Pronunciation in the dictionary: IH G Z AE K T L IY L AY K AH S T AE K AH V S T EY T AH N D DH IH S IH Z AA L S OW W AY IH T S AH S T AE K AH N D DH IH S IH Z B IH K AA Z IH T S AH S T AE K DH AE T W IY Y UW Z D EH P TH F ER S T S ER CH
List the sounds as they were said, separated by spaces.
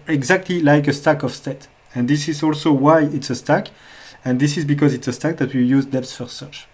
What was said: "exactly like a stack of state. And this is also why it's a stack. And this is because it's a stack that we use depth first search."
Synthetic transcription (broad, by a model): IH G Z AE K T L IY L AY K AH S T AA K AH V S T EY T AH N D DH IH S IH Z AA L S OW W AY IH T S AH S T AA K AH N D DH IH S IH Z B IH K AA Z IH T S AH S T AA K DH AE T W IY Y UW Z D EH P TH F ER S S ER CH